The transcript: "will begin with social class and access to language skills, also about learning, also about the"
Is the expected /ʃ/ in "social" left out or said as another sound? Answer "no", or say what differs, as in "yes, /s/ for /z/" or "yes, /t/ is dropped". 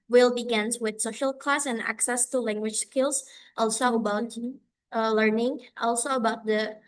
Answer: no